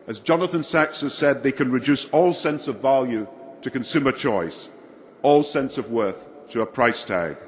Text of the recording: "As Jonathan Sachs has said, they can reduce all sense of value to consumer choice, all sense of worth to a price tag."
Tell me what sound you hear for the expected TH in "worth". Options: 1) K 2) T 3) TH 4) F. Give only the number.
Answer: 3